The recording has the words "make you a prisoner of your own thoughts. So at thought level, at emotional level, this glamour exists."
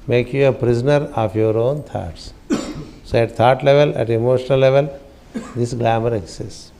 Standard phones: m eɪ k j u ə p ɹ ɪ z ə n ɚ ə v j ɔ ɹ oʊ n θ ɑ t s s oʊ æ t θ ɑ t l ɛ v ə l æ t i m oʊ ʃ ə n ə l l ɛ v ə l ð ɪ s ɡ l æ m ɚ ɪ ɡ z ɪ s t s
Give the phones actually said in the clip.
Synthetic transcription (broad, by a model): m eɪ k j u ə p ɹ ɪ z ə n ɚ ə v j ɔ ɹ oʊ n t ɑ t s s oʊ æ t t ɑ t l ɛ v ə l æ t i m oʊ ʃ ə n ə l l ɛ v ə l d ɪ s ɡ l æ m ɚ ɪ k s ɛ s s